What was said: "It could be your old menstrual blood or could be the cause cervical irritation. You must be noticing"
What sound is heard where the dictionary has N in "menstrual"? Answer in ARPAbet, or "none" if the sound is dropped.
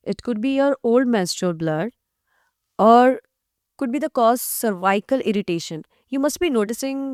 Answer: none